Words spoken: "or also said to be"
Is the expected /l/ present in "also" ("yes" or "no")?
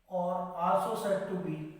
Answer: no